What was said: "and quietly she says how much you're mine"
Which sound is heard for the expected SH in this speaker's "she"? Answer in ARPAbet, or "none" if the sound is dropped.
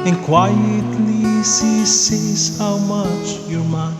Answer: S